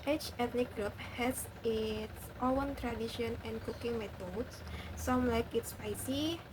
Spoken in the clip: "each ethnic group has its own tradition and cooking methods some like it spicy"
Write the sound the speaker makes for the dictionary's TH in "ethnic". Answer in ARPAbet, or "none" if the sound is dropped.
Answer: T